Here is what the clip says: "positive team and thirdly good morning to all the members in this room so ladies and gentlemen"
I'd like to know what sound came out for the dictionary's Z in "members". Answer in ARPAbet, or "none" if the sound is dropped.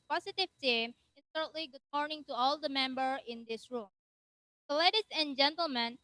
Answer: none